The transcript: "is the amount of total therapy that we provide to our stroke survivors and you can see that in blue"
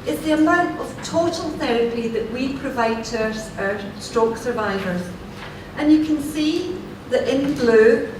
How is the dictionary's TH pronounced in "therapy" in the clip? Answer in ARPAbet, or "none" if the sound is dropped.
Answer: TH